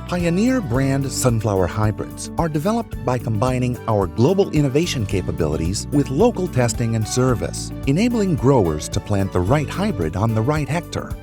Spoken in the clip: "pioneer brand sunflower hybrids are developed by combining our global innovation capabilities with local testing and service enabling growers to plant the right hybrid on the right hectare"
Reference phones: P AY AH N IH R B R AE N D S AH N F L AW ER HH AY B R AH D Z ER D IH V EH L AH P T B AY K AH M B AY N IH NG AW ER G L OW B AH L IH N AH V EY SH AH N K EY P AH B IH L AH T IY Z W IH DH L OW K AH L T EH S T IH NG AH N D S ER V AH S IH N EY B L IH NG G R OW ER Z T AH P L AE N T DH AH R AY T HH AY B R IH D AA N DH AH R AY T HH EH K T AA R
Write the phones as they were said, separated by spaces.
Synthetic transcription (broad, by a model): P AY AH N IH R B R AE N D S AH N F L AW ER HH AY B R AH D Z ER D IH V EH L AH P T B AY K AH M B AY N IH NG AW ER G L OW B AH L IH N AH V EY SH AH N K EY P AH B IH L AH T IY Z W IH DH L OW K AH L T EH S T IH NG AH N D S ER V AH S IH N EY B L IH NG G R OW ER Z T AH P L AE N DH AH R AY T HH AY B R IH D N DH AH R AY T HH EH K T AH R